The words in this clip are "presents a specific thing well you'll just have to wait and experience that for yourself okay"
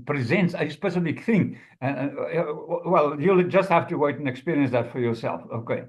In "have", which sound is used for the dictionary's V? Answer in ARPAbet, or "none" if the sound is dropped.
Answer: F